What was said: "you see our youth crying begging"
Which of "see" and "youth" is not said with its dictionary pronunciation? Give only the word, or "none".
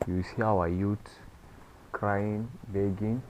youth